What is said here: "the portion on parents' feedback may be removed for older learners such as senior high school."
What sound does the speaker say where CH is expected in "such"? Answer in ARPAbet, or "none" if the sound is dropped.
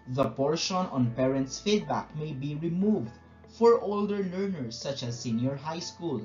CH